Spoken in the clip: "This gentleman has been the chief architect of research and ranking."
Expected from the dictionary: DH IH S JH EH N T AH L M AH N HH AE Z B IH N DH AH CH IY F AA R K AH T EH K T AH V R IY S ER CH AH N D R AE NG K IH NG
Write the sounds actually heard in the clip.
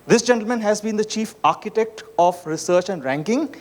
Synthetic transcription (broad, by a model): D IH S JH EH N T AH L M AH N HH AE Z B IH N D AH CH IY F AA R K AH T EH K T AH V R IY S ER CH AH N D R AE NG K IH NG